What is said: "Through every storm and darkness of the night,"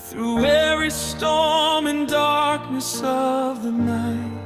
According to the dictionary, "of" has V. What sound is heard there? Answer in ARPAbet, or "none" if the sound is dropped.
V